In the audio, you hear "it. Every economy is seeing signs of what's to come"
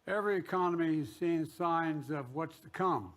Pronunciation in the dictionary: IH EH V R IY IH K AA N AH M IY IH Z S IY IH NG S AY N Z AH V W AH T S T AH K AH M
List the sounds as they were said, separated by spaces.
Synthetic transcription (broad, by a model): EH V R IY IH K AA N AH M IY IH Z S IY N S AY N Z AH V W AH T S T AH K AH M